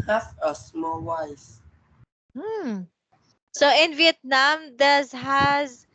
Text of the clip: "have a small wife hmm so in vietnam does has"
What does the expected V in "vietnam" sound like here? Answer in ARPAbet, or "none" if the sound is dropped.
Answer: V